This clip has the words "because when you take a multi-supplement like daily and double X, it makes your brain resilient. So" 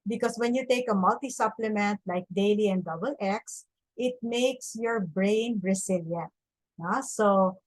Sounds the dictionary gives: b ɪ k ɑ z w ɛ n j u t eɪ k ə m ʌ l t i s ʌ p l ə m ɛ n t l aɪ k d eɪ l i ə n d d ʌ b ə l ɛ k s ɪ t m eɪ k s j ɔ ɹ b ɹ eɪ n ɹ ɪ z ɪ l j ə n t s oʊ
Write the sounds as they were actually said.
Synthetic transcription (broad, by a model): b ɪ k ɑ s w ɛ n j u t eɪ k ə m ʌ l t i s ʌ p l ə m ɛ n t l aɪ k d eɪ l i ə n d d ʌ b ə l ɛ k s ɪ t m eɪ k s j ɔ ɹ b ɹ eɪ n ɹ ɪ s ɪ l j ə n t s oʊ